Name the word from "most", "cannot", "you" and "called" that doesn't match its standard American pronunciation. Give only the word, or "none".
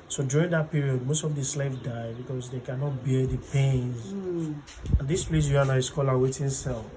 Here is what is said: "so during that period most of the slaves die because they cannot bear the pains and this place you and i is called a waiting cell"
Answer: called